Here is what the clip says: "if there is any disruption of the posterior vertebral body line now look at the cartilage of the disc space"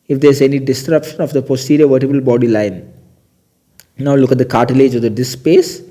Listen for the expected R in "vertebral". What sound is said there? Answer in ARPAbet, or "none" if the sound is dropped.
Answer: none